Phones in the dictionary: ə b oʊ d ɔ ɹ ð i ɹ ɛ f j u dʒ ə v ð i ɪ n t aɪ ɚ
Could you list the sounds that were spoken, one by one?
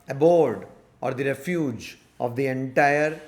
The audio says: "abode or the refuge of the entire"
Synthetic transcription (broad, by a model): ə b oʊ d ɔ ɹ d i ɹ ɛ f j u dʒ ə v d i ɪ n t aɪ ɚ